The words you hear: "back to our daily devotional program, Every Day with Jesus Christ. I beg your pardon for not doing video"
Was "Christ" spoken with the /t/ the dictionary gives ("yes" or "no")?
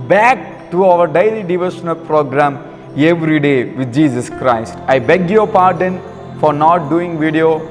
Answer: yes